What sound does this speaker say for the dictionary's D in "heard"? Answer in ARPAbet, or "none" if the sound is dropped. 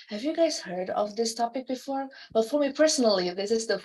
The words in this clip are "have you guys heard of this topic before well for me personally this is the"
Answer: D